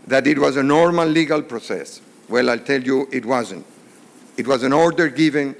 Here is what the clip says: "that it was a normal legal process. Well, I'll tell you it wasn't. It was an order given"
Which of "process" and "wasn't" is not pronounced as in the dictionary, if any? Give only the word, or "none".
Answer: none